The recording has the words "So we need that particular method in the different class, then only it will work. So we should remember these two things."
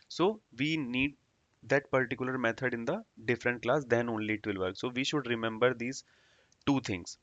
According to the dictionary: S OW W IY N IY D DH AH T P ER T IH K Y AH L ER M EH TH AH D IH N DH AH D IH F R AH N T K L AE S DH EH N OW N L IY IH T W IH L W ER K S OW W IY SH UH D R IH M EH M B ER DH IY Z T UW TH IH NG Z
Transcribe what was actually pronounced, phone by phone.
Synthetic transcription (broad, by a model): S OW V IY N IY D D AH T P ER T IH K Y AH L ER M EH T AH D IH N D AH D IH F R AH N T K L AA S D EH N OW N L IY IH T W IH L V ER K S OW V IY SH UH D R IH M EH M B ER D IY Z T UW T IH NG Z